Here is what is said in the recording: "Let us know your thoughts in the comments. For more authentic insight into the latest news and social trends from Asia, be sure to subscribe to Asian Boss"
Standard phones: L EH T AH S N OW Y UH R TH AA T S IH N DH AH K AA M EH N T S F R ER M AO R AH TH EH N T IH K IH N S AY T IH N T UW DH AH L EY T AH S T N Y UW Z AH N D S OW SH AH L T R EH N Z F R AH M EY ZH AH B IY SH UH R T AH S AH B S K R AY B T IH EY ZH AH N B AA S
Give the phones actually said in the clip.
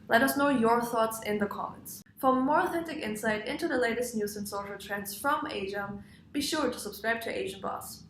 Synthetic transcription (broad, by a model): L EH T AH S N OW Y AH R TH AA T S IH N DH AH K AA M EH N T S F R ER M AO R AH TH EH N T IH K IH N S AY T IH N T UW DH AH L EY T AH S T N Y UW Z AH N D S OW SH L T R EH N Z F R AH M EY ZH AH B IY SH UH R T AH S AH B S K R AY B T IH EY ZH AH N B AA S